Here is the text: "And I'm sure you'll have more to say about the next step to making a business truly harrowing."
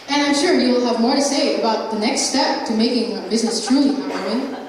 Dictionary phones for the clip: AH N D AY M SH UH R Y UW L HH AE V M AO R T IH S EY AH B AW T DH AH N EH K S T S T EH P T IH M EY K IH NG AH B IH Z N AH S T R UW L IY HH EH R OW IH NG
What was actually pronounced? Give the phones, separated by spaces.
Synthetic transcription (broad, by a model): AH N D AY M SH UH R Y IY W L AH V M AO R T IH S EY AH B AW T DH AH N EH K S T S T EH P T IH M EY K IH NG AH B IH Z N AH S T R UW L IY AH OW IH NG